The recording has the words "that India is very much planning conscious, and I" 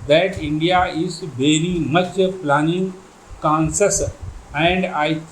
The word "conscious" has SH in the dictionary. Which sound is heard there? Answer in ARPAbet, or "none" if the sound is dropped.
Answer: S